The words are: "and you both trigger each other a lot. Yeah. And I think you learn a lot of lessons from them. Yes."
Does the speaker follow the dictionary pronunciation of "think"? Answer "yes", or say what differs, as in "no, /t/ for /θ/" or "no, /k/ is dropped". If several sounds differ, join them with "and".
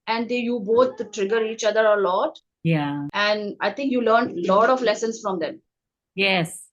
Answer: no, /t/ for /θ/